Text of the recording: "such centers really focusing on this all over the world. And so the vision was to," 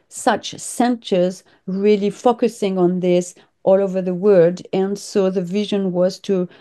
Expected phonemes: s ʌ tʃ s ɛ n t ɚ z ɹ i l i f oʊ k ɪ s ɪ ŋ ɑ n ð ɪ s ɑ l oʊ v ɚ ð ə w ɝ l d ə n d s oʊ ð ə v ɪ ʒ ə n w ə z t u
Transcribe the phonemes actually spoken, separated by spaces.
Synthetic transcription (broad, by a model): s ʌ tʃ s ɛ n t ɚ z ɹ i l i f oʊ k ɪ s ɪ ŋ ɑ n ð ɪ s ɑ l oʊ v ɚ ð ə w ɝ d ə n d s oʊ ð ə v ɪ ʒ ə n w ə z t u